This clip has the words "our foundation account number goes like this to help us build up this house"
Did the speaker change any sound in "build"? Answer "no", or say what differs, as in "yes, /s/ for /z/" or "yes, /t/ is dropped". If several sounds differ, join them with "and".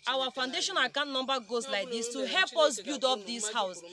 yes, /l/ is dropped